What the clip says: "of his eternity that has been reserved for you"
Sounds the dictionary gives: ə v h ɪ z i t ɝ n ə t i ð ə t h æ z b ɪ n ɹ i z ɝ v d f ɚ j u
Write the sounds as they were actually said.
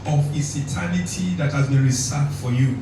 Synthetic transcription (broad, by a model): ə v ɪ s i t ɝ n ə t i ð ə t h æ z b ɪ n ɹ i s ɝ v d f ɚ j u